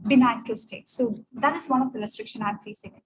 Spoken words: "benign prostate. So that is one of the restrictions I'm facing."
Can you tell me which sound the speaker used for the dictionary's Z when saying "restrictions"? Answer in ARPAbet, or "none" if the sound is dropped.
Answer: none